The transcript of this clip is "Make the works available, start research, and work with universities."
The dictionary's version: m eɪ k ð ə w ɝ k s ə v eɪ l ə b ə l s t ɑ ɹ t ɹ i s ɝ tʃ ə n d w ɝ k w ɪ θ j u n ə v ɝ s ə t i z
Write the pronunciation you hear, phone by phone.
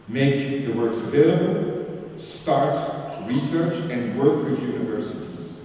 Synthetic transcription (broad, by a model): m eɪ k ð ə w ɝ k s ə v eɪ l ə b ə l s t ɑ ɹ t ɹ i s ɝ tʃ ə n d w ɝ k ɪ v j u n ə v ɝ s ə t i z